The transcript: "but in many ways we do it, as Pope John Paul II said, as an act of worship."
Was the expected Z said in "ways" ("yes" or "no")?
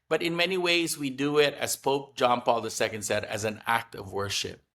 yes